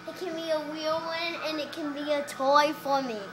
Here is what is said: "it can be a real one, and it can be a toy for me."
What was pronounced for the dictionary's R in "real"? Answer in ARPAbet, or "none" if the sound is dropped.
W